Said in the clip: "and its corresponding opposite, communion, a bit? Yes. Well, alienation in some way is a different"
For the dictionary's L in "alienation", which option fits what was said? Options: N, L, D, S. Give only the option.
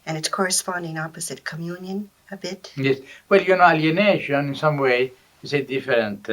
N